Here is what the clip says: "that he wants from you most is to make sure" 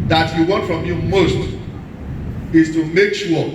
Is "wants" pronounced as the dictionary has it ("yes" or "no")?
no